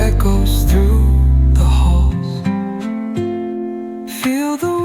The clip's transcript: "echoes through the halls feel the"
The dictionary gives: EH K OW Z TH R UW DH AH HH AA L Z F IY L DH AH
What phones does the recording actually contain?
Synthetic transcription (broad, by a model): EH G OW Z TH R UW DH AH HH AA L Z F IY L DH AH